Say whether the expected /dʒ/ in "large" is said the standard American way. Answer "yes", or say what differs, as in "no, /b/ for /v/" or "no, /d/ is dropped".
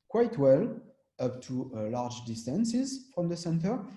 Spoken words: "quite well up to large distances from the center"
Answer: yes